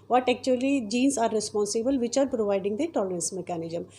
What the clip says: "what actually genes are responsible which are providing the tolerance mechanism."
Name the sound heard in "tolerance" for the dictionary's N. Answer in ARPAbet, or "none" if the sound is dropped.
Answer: N